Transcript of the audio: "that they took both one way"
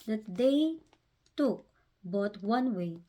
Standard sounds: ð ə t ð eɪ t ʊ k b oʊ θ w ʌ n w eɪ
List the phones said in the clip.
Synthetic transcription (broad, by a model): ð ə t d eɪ t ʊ k b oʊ t w ʌ n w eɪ